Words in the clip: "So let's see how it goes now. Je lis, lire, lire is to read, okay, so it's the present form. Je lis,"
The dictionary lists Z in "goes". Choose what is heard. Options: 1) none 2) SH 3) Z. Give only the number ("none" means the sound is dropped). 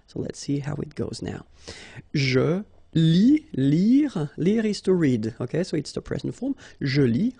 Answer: 3